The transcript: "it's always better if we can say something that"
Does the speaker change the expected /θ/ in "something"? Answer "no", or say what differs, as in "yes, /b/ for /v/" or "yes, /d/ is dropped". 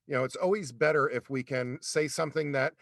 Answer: no